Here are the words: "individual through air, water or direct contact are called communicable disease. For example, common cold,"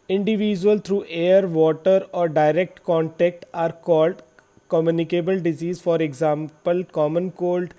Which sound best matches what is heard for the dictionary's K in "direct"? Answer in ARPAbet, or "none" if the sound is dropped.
K